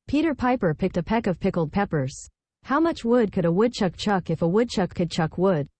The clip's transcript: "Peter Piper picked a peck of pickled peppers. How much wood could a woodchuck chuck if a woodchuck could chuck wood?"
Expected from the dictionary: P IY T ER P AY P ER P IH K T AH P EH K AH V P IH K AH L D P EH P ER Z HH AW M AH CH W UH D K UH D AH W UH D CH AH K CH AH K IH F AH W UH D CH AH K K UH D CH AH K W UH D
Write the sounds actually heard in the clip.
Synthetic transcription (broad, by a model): P IY T ER P AY P ER P IH K T AH P EH K AH V P IH K L D P EH P ER Z HH AW M AH CH W UH D K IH D AH W UH D CH AH K CH AH K IH F AH W UH D CH AH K K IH D CH AH K W UH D